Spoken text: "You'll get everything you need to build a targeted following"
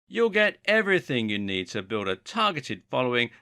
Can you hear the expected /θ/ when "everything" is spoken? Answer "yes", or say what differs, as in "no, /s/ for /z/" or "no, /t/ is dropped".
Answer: yes